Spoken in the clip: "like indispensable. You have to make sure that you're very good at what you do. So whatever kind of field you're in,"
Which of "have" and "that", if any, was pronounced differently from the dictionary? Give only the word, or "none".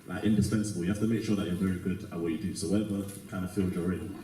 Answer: have